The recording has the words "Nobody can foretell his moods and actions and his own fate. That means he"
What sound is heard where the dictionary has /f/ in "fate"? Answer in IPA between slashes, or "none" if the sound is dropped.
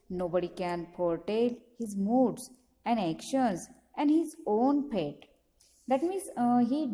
/p/